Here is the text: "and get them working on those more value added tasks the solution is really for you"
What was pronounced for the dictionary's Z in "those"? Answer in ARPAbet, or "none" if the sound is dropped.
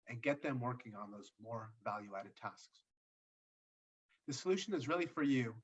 Z